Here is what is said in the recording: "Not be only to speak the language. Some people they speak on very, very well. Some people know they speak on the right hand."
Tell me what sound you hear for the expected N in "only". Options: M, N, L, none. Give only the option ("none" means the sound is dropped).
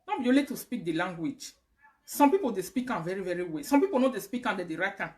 none